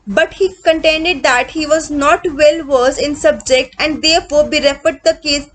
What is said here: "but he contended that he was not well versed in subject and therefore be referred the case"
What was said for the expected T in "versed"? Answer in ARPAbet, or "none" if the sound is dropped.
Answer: none